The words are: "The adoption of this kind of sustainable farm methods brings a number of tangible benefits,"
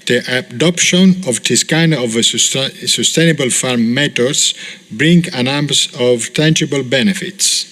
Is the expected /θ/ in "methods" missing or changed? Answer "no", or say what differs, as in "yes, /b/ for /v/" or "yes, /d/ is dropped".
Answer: yes, /t/ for /θ/